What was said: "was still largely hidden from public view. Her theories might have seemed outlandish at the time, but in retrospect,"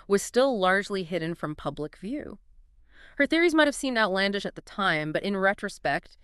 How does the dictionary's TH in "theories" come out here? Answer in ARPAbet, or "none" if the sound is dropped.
TH